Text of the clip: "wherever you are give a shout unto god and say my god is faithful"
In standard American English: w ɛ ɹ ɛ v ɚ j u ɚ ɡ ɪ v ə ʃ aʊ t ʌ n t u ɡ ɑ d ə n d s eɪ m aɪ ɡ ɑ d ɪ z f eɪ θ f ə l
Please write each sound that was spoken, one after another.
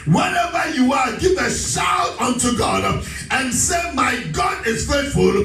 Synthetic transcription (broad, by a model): w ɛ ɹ ɛ v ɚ j u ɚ ɡ ɪ v ə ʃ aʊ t ʌ n t u ɡ ɑ d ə n s eɪ m aɪ ɡ ɑ d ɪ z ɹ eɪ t f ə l